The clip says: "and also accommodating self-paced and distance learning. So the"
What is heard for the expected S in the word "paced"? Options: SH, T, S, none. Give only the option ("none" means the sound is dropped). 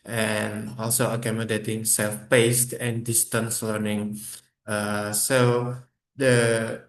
S